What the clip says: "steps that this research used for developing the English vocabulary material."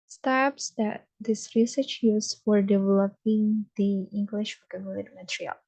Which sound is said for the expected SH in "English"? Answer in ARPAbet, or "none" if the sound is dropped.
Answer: SH